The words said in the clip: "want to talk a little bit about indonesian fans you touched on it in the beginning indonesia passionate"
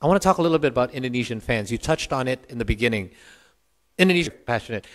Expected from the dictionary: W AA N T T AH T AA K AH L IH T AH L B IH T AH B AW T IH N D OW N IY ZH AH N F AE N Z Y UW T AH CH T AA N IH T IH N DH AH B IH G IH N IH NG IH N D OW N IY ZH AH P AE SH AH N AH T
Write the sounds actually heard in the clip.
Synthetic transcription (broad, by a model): W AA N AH T AA K AH L IH T L B IH T AH B AW T IH N D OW N IY ZH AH N F AE N Z Y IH T AH CH T N IH T IH N DH AH B IH G IH N IH NG IH N D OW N IY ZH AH P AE SH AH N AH T